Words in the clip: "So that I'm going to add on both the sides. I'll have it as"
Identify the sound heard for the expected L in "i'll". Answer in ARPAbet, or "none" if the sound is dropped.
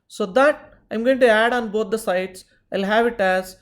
L